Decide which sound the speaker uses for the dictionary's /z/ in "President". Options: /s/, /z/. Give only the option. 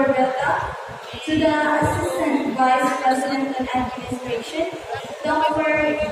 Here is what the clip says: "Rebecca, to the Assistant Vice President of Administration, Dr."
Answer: /z/